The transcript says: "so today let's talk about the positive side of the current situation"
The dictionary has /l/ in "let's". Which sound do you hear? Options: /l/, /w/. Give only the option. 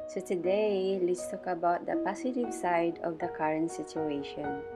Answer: /l/